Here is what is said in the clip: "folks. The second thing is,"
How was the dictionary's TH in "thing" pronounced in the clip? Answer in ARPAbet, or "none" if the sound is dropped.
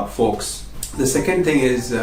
TH